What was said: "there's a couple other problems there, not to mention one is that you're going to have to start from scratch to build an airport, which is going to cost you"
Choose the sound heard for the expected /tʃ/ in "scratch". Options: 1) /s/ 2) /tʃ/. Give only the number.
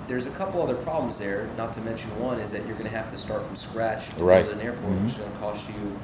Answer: 2